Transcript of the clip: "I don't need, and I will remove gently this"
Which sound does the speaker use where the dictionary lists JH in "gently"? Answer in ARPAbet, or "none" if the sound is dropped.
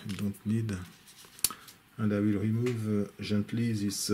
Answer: ZH